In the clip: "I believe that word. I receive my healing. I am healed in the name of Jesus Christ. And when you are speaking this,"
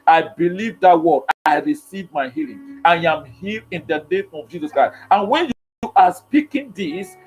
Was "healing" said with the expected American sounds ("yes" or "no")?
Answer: yes